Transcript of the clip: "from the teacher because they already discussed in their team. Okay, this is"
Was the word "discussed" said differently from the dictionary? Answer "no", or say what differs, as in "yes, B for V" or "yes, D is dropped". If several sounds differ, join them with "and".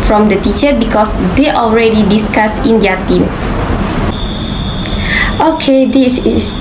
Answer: yes, T is dropped